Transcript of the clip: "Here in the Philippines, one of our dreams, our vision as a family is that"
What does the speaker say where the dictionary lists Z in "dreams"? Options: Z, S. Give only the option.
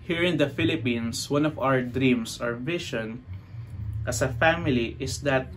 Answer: S